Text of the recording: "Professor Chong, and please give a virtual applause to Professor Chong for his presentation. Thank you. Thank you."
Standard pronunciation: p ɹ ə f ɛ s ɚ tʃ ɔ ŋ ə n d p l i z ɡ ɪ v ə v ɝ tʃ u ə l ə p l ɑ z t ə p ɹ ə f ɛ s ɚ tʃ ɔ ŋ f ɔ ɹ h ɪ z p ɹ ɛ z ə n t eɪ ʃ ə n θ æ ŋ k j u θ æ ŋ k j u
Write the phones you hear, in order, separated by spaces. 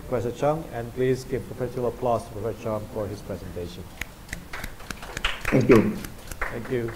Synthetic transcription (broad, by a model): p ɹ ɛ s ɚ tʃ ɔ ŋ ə n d p l i z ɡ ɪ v ə p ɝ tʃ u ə l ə p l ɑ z t ə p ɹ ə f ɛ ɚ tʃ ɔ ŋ f ɔ ɹ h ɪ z p ɹ ɛ z ə n t eɪ ʃ ə n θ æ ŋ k j u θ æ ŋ k j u